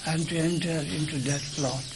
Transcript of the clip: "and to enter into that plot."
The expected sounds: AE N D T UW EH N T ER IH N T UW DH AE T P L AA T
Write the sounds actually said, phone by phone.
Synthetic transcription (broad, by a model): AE N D T UW EH N T ER IH N T UW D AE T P L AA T